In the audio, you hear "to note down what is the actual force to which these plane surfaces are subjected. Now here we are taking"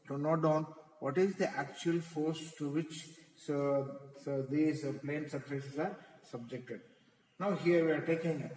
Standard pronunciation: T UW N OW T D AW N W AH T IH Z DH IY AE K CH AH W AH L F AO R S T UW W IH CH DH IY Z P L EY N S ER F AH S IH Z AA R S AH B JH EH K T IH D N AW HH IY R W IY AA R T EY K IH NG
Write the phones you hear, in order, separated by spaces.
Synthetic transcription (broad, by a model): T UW N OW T D AW N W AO T IH Z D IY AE K CH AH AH L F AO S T T UW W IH CH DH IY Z P L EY N S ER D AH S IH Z AA R S AH B JH EH K T IH D N AW HH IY R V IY AA R T EY K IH NG